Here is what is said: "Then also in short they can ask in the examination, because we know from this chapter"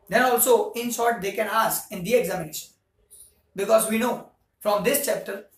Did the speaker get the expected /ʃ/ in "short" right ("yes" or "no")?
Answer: no